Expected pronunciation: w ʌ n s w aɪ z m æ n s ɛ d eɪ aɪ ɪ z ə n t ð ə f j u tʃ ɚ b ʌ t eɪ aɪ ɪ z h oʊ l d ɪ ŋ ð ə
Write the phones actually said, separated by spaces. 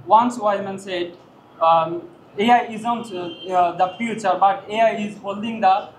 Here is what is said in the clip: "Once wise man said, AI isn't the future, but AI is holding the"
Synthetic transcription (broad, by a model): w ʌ n s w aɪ m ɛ n s ɛ d eɪ aɪ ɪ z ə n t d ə f j u tʃ ɚ b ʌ t eɪ aɪ ɪ z h oʊ l d ɪ ŋ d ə